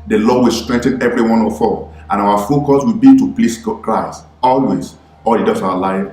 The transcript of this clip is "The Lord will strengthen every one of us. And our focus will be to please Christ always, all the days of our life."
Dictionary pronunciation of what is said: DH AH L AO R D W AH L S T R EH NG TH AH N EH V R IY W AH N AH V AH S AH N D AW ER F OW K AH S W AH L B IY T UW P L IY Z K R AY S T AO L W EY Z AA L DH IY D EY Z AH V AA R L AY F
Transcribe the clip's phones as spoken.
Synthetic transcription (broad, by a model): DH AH L AO W AH L S T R EH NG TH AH N EH V R IY W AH N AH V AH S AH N AW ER F OW K AH S W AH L B IY T UW P L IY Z K R AY S T AO L W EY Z AA L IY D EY S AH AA L AY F